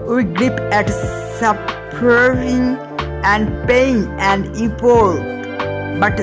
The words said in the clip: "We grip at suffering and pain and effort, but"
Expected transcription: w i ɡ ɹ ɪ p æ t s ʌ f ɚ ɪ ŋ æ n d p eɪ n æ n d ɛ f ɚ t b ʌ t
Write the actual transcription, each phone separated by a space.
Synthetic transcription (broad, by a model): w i ɡ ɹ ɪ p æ t s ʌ p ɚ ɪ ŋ æ n d p eɪ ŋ æ n d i p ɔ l b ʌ t